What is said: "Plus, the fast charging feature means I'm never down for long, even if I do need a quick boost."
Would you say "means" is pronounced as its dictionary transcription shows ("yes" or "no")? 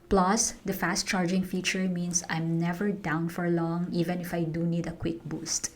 no